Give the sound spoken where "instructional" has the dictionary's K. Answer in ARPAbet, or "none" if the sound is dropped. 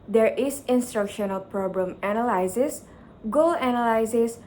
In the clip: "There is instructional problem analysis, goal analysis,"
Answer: K